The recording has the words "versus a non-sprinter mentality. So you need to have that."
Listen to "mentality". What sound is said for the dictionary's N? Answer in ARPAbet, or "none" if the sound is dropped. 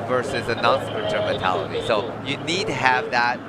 none